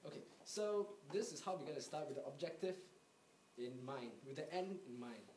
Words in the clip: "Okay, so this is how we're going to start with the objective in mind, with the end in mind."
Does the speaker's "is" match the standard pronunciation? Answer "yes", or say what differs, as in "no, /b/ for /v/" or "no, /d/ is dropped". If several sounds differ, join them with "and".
no, /s/ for /z/